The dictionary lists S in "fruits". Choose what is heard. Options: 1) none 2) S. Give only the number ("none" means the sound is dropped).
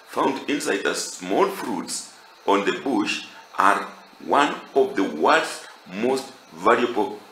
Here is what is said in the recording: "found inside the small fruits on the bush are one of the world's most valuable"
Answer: 2